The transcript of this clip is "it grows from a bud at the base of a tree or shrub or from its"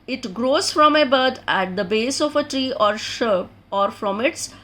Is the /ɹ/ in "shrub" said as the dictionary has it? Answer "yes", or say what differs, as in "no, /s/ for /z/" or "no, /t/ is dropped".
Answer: no, /ɹ/ is dropped